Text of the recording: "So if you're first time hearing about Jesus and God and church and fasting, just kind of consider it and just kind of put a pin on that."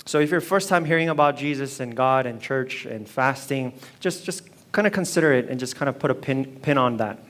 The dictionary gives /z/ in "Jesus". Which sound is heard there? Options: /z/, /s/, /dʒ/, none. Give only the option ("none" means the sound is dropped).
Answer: /z/